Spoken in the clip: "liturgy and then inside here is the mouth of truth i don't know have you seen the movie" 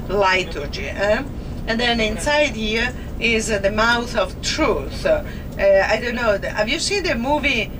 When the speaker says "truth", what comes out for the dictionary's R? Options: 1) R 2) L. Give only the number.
1